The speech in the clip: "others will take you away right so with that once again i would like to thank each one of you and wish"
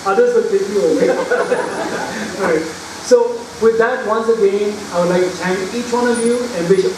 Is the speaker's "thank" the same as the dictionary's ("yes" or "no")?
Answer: no